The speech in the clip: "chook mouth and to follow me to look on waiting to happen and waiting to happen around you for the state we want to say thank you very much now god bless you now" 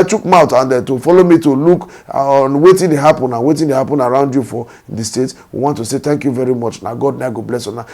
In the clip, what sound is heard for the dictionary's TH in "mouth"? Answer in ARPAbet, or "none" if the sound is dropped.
T